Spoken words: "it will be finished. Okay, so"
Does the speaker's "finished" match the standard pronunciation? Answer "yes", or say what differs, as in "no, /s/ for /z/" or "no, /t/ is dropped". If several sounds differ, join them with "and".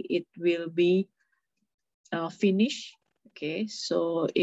no, /t/ is dropped